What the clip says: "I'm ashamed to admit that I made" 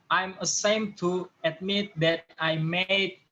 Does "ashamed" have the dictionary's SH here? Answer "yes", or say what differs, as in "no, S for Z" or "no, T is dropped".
no, S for SH